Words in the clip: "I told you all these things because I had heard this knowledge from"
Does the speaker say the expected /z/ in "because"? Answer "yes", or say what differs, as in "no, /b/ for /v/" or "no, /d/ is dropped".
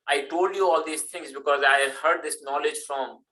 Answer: yes